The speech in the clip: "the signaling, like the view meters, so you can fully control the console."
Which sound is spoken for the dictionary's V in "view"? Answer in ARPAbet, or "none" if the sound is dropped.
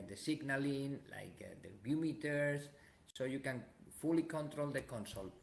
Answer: B